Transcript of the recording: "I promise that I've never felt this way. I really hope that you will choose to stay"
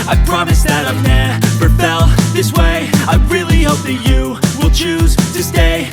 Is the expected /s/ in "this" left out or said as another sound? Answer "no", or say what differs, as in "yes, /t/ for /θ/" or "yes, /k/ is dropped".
no